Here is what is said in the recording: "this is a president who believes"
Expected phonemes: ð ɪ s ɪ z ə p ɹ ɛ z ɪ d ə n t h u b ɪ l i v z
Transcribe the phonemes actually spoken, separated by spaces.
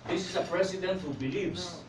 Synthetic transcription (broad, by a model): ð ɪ s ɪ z ə p ɹ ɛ s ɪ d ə n t h u b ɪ l i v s